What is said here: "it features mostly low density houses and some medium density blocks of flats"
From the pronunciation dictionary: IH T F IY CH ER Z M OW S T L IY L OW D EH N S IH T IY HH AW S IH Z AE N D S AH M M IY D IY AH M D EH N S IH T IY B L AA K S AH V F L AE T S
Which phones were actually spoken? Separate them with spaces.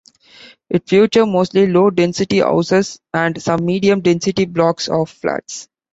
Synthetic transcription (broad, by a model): IH T F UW CH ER M OW S T L IY L OW D EH N S IH T IY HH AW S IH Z AE N D S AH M M IY D IY AH M D EH N S IH T IY B L AA K S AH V F L AE T S